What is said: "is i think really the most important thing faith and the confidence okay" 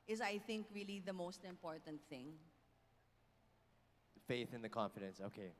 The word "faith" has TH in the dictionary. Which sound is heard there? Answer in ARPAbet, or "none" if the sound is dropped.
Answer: TH